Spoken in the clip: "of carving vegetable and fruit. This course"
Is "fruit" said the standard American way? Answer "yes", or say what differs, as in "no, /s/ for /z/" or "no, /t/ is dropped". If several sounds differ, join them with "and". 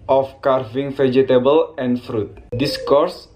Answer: yes